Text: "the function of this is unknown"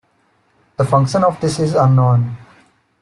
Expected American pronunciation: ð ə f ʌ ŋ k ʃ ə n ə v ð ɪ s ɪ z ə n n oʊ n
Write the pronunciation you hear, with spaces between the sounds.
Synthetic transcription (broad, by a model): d ə f ʌ ŋ k ʃ ə n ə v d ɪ s ɪ z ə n n oʊ n